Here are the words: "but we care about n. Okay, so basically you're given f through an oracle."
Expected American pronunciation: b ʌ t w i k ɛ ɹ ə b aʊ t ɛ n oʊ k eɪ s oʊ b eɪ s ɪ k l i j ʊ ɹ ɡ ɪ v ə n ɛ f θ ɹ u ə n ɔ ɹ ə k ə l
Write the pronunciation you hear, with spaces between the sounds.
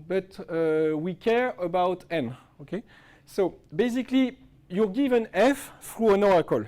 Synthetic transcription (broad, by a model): b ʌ t w i k ɛ ɹ ə b aʊ t ɛ n oʊ k eɪ s oʊ b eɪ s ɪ k l i j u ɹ ɡ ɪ v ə n ɛ f f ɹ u ə n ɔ ɹ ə k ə l